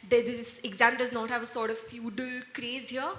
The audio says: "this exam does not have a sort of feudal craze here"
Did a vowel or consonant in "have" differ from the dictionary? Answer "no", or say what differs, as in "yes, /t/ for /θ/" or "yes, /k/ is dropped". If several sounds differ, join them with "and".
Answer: no